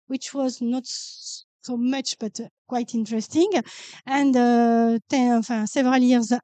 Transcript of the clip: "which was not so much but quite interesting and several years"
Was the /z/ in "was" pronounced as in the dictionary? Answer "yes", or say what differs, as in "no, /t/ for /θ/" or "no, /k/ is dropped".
yes